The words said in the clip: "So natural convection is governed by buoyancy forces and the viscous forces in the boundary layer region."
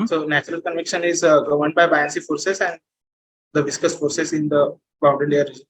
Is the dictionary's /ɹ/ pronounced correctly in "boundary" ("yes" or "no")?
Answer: no